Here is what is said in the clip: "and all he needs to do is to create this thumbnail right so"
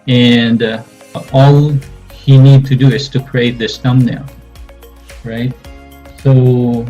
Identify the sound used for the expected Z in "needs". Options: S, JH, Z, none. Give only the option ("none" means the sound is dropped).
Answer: none